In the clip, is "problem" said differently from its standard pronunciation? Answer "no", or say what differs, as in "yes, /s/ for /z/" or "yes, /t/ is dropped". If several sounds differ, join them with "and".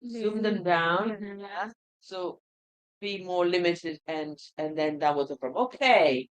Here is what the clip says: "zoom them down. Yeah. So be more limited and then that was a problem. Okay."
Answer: yes, /f/ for /p/